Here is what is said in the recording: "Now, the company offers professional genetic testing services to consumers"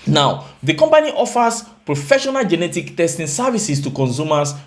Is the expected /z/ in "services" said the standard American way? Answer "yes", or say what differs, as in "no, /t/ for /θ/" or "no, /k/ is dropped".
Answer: no, /s/ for /z/